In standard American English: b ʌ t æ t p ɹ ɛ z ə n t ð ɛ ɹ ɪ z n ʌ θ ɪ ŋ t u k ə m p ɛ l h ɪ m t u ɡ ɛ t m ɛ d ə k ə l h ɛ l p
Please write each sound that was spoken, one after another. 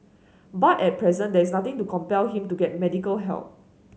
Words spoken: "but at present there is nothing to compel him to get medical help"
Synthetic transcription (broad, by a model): b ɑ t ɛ t p ɹ ɛ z ə n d ɛ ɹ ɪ s n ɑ t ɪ ŋ t u k ə m p ɛ l h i m t u ɡ ɛ t m ɛ d ə k ə l h ɛ l p